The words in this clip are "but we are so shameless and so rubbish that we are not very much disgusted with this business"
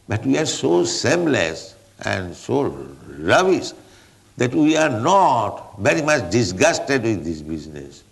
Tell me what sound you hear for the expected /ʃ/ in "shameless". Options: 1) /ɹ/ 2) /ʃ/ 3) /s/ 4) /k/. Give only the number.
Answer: 3